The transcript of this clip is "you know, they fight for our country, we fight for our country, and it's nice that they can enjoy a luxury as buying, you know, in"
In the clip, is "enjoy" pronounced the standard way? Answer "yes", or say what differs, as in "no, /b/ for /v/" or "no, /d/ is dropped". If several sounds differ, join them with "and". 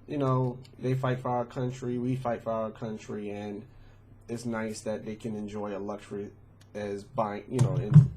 yes